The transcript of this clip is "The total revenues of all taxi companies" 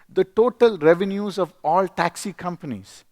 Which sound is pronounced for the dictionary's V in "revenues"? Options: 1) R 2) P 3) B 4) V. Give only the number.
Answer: 4